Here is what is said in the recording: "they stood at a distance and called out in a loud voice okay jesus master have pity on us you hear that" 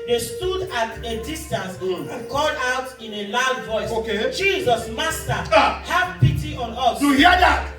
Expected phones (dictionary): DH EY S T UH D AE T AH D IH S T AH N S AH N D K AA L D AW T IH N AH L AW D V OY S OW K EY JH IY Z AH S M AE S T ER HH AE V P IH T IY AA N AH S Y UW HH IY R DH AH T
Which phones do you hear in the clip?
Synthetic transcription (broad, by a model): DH EY S T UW D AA T AH D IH S T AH N S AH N K AA L D AW T IH N AH L AW D V OY S OW K EY JH IY Z AH S M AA S T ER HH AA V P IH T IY AA N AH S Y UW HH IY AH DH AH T